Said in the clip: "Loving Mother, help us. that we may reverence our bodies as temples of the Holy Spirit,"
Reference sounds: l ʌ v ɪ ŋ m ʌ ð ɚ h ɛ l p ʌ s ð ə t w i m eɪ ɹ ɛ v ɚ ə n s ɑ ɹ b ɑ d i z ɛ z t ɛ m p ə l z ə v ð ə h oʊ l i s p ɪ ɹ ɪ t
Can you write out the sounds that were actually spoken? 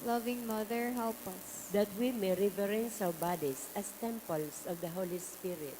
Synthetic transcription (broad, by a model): l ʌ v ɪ ŋ m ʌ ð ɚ h ɛ l p ʌ s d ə t w i m eɪ ɹ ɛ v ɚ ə n s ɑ w b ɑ d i s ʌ s t ɛ m p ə l s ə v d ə h oʊ l i s p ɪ ɹ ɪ t